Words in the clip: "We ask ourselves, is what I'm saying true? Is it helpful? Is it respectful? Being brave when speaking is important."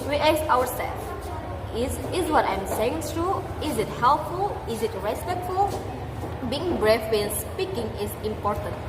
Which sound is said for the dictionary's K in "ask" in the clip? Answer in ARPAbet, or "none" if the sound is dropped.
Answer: none